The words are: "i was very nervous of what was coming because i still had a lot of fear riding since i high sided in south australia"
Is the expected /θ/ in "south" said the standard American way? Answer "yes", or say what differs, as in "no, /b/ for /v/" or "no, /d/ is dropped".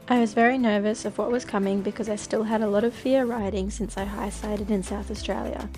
yes